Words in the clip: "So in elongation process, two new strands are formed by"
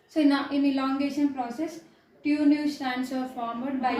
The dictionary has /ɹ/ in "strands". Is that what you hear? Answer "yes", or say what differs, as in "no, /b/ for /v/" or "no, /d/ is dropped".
no, /ɹ/ is dropped